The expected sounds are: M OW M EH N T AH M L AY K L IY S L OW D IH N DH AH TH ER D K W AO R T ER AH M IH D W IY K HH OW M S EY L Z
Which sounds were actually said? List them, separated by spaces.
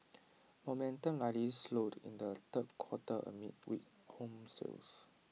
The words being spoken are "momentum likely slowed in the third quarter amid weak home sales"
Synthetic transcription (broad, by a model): M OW M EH N T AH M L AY L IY S L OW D IH N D AH T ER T K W AO T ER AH M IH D W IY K HH OW M S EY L S